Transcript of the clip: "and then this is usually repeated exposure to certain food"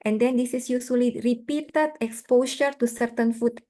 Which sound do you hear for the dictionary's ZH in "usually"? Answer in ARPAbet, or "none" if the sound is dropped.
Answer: S